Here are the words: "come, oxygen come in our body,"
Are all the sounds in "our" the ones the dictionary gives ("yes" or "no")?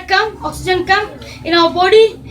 no